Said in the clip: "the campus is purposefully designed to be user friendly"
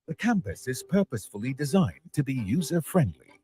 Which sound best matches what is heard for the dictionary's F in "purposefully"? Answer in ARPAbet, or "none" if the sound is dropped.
F